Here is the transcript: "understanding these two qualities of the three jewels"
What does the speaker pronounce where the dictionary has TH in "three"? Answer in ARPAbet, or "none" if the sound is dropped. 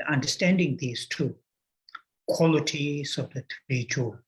T